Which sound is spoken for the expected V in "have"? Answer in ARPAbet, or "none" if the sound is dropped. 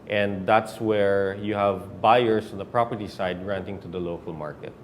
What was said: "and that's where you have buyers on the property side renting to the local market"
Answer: V